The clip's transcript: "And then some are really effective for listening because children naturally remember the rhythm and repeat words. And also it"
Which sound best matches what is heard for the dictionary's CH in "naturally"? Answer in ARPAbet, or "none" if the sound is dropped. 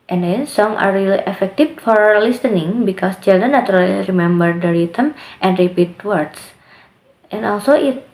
none